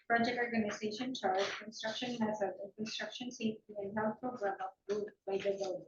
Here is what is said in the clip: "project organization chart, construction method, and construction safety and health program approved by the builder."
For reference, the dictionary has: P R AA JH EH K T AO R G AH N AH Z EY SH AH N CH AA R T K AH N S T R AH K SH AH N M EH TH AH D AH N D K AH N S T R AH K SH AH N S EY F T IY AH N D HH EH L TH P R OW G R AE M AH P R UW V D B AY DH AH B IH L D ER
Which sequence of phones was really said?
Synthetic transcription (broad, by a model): P R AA JH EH K T AO R G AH N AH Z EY SH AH N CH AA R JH K AH N S T R AH K SH AH N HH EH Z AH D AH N K AH N S T R AH K SH AH N S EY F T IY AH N HH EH L T P R OW G R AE M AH F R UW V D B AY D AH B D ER